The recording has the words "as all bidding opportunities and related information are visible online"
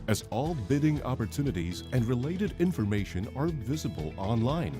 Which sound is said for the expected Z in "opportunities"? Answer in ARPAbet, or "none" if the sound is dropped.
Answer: Z